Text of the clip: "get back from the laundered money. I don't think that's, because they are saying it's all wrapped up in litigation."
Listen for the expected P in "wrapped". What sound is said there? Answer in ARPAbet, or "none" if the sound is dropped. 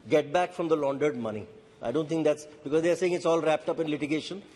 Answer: P